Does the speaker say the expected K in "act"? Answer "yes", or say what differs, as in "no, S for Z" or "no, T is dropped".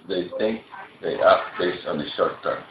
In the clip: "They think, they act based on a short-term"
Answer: no, K is dropped